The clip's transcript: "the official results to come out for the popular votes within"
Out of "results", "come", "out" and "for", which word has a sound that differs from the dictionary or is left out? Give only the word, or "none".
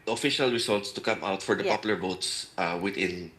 results